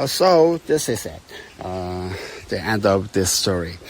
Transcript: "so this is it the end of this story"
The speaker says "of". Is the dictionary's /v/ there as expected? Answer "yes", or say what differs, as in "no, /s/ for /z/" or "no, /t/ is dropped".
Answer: no, /p/ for /v/